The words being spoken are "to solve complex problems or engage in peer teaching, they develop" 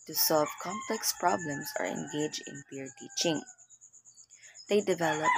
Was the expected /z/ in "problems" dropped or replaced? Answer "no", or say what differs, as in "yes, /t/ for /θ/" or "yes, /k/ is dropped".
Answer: yes, /s/ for /z/